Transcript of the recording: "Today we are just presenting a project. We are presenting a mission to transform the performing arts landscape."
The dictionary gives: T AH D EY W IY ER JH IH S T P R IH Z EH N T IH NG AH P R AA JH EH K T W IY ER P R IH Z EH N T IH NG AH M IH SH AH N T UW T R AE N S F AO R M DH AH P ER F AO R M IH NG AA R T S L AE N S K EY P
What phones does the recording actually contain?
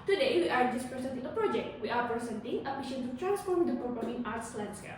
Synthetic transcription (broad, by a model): T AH D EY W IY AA JH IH S P R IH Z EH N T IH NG AH P R AA JH EH K T W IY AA P R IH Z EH N T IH NG AH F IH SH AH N T UW T R AE N S F AO R M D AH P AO P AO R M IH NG AA R T S L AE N S K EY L